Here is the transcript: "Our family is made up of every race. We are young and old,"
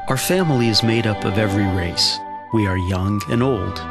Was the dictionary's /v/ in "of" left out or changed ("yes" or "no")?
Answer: no